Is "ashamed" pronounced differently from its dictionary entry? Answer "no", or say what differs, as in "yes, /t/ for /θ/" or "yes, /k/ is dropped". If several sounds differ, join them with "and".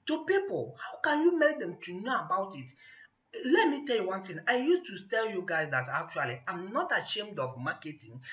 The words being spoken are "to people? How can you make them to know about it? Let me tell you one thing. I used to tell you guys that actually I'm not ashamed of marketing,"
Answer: no